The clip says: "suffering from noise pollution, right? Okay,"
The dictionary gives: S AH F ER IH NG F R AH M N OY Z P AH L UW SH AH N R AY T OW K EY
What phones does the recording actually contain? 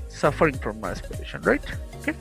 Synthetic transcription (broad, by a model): S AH F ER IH NG F R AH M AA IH S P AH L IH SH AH N R AY T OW K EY